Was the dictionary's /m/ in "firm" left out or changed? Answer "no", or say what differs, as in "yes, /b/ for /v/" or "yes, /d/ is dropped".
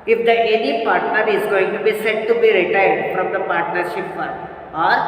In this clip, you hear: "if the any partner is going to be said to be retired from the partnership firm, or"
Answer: yes, /m/ is dropped